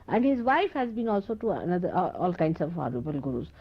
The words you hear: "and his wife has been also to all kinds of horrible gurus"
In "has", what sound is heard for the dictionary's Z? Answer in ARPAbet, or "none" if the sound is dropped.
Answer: Z